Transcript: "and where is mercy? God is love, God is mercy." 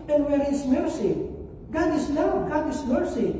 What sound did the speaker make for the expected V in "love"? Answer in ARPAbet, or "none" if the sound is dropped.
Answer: W